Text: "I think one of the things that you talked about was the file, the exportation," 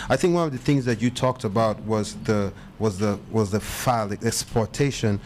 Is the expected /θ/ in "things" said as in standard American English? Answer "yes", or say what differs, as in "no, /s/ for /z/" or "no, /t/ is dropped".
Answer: yes